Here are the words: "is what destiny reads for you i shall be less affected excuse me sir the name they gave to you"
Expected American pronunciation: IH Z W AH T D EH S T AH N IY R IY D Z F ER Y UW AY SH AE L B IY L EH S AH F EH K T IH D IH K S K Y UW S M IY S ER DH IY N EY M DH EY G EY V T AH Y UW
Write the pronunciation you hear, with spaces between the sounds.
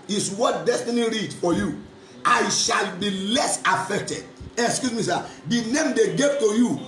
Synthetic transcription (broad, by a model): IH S W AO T D EH S T AH N IY R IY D F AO Y UW AY SH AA L B IY L EH S AH F EH K T IH D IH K S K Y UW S M IY S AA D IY N EY M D EY G EY V T AH Y UW